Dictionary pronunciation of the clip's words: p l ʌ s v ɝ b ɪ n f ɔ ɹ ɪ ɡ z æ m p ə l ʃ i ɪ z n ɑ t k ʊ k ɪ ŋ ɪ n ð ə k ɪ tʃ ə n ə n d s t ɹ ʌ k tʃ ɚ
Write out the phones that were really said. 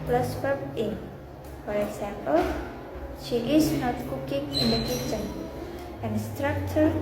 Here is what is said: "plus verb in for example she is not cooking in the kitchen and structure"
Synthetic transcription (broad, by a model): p l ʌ s p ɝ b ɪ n f ɔ ɹ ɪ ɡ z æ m p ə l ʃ i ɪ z n ɑ t k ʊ k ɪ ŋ ɪ n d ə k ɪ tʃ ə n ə n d s t ɹ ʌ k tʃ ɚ